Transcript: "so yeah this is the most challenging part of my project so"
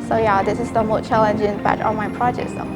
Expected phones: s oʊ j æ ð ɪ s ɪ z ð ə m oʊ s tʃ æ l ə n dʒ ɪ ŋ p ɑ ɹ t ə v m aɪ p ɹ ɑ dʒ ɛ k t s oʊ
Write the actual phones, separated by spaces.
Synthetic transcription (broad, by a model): s oʊ j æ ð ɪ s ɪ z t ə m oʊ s tʃ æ l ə n dʒ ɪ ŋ b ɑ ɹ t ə m aɪ p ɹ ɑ dʒ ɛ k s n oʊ